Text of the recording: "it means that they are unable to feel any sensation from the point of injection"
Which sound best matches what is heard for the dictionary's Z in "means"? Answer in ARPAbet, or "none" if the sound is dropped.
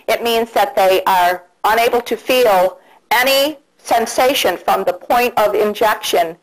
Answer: Z